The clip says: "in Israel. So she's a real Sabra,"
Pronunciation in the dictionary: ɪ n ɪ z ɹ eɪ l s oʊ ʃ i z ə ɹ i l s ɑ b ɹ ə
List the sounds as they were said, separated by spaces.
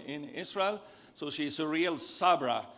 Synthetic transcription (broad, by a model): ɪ n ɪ s ɹ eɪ l s oʊ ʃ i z ə ɹ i l s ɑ b ɹ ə